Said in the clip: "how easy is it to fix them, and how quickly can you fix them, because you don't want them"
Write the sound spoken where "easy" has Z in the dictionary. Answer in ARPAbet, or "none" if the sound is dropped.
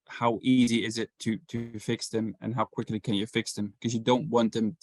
Z